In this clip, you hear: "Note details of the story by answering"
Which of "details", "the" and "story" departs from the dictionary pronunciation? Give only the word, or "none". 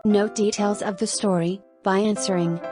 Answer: none